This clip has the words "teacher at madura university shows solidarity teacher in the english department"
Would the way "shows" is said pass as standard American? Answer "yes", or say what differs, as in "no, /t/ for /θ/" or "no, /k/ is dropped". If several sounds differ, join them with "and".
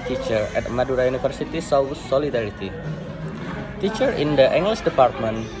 no, /s/ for /ʃ/